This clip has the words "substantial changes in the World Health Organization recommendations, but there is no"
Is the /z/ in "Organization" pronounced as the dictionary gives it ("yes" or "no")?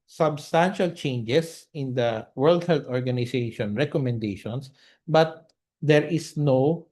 no